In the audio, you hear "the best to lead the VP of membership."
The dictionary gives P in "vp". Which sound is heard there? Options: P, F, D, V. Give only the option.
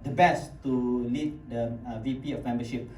P